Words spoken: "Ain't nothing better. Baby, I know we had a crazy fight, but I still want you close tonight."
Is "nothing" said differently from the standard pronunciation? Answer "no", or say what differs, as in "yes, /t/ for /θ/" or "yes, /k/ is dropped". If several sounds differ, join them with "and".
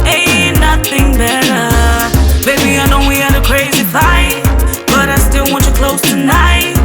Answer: no